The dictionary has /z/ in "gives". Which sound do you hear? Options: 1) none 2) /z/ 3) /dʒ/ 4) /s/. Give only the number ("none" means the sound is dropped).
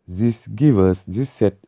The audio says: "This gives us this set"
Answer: 1